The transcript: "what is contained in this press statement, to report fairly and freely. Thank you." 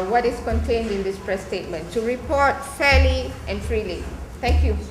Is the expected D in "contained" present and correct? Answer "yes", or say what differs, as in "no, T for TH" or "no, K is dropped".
yes